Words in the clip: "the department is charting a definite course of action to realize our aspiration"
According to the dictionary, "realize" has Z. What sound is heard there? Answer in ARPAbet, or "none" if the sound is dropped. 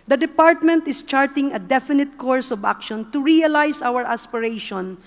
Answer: S